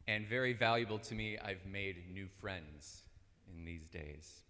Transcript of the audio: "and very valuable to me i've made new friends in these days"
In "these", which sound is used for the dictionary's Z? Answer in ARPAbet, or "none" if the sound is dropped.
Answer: Z